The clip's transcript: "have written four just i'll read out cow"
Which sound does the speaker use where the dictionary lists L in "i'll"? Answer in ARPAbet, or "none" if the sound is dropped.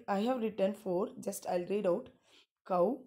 L